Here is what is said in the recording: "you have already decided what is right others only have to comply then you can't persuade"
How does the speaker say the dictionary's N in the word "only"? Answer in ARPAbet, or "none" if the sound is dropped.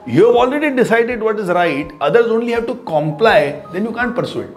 N